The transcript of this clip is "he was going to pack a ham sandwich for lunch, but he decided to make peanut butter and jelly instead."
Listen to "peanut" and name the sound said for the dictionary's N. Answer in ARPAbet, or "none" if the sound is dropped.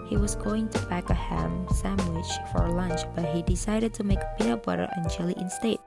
none